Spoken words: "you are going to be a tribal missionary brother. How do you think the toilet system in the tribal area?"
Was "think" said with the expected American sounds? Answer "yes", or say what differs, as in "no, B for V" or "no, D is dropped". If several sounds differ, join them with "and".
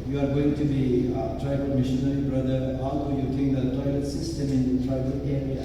no, T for TH